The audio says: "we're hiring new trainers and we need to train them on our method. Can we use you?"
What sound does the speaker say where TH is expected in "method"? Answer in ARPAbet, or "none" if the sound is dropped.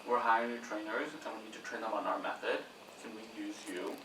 TH